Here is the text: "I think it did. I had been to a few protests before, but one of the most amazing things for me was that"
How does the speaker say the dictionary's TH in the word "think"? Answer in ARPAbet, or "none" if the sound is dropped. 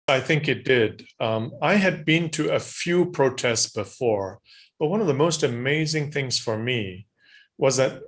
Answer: TH